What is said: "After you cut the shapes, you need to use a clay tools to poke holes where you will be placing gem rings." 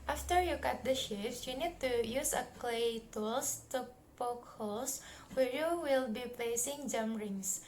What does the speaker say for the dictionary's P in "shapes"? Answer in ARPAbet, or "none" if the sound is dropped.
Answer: F